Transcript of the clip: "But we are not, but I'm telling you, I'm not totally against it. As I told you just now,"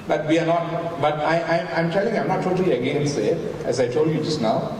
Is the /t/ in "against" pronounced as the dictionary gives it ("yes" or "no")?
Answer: no